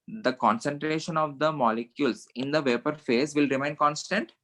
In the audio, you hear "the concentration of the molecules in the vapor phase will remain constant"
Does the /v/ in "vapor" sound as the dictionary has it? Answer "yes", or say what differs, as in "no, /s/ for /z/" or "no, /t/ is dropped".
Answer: yes